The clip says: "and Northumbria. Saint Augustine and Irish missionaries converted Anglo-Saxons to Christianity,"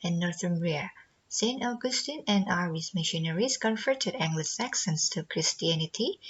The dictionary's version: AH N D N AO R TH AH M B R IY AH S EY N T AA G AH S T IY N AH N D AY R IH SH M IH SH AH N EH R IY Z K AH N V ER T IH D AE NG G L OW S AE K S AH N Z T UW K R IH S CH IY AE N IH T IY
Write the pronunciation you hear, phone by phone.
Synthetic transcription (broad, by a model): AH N N AO R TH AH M R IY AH S EY N T AA G AH S T IY N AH N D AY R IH S M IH SH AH N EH R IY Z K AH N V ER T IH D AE NG G L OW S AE K S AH N S T UW K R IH S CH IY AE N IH T IY